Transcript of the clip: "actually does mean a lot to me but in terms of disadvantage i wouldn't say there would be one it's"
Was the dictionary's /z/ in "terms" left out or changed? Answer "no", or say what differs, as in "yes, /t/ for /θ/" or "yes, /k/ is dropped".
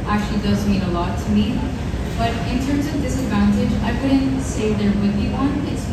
no